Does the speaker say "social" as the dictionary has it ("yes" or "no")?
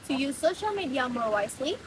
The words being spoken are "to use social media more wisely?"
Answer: yes